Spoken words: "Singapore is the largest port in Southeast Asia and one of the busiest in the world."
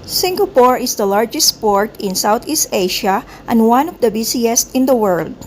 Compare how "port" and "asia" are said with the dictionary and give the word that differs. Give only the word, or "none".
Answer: asia